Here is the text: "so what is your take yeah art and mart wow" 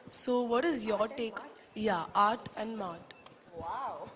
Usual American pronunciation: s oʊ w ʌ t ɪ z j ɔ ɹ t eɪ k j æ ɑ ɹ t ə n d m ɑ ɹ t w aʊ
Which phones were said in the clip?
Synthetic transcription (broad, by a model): s oʊ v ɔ t ɪ z j ɔ ɹ t eɪ k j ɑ ɑ ɹ t ə n d m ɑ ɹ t